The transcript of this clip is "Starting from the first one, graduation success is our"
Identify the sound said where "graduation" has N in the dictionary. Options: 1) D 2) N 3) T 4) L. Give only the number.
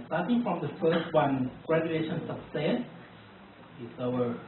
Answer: 2